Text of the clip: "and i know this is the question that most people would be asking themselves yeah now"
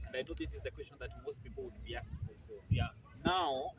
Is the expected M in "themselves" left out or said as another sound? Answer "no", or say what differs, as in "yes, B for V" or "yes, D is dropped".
yes, M is dropped